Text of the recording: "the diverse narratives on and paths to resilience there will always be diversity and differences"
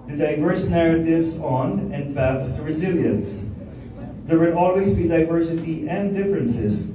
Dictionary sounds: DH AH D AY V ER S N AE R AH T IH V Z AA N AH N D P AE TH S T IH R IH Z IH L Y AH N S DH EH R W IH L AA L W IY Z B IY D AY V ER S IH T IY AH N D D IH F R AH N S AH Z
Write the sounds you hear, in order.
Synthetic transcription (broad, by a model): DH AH D AY V ER S N AE R AH T IH V Z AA N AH N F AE T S T IH R IH Z IH L Y AH N S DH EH R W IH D AA L W IY Z B IY D AY V ER S IH T IY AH N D D IH F R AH N S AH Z